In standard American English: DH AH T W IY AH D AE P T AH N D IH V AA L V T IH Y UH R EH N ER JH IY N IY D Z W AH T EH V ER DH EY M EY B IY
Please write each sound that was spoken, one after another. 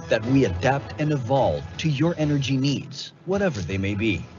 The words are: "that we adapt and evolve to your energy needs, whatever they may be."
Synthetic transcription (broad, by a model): DH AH T W IY AH D AE P T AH N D IH V AA L V T IH Y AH R EH N ER JH IY N IY D Z W AH T EH V ER DH EY M EY B IY